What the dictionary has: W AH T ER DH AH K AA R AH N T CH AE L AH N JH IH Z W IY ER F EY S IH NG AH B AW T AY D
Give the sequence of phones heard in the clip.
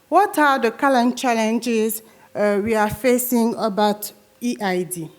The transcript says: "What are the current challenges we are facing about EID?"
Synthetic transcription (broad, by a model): W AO T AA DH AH K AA L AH N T CH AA L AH N JH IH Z W IY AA F EY S IH NG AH B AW T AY D